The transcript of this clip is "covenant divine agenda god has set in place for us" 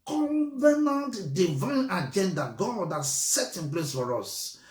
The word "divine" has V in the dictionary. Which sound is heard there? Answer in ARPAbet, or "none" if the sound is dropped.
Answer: V